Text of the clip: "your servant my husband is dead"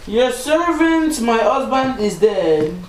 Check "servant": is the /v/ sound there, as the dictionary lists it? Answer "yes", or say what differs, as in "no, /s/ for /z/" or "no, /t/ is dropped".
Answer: yes